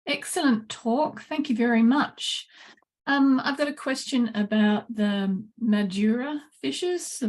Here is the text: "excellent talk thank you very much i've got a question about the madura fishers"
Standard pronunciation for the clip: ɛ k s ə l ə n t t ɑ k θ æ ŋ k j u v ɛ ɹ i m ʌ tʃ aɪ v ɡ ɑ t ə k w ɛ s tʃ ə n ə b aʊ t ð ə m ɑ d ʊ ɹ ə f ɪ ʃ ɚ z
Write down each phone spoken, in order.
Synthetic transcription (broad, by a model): ɛ k s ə l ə n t t ɑ k θ æ ŋ k j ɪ v ɛ ɹ i m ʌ tʃ aɪ v ɡ ɑ t ə k w ɛ s tʃ ə n ə b aʊ t ð ə m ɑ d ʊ ɹ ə f ɪ ʃ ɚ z